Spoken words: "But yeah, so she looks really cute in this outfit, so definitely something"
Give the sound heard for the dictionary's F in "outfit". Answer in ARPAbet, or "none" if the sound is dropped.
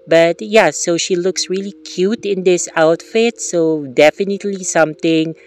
F